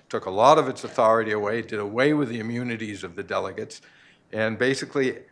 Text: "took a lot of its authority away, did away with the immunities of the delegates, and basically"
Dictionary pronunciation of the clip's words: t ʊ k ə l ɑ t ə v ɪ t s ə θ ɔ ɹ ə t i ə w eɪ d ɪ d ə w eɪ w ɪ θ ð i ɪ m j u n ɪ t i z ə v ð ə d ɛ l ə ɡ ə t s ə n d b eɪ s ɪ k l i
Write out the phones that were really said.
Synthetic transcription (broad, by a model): t ʊ k ə l ɑ t ə v ɪ t s ə θ ɔ ɹ ə t i ə w eɪ d ɪ d ə w eɪ w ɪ ð i ɪ m j u n ɪ t i z ə v ð ə d ɛ l ə ɡ ə t s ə n b eɪ s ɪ k l i